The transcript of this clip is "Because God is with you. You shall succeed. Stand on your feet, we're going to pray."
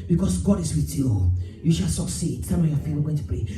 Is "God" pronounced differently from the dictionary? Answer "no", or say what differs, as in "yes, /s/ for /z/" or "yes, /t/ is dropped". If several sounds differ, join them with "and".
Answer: no